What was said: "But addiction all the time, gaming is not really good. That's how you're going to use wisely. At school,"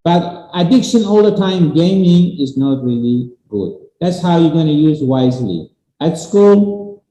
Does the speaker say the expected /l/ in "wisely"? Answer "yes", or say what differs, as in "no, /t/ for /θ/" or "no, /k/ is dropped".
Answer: yes